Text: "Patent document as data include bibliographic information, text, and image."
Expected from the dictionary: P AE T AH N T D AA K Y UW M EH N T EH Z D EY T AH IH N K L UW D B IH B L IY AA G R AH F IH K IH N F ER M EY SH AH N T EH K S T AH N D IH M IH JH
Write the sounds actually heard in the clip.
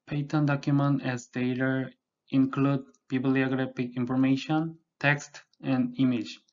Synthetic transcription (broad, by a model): P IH T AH N D AA K Y UW M EH N T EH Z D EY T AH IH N K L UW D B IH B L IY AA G R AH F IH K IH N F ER M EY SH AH N T EH K S T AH N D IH M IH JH